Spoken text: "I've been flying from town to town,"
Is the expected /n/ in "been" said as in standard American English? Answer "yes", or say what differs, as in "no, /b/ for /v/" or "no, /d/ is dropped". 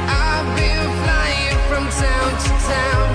no, /l/ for /n/